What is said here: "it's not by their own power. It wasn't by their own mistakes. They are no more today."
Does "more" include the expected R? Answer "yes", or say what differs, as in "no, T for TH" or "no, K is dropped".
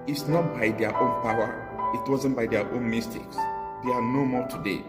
no, L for R